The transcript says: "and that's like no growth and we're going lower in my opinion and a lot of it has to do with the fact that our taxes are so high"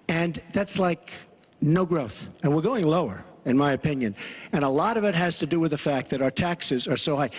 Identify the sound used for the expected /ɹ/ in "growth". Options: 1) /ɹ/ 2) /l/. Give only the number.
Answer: 1